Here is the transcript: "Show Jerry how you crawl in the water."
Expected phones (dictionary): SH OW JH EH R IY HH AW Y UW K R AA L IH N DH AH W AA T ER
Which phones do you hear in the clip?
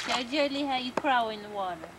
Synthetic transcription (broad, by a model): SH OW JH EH L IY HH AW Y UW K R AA W IH N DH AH W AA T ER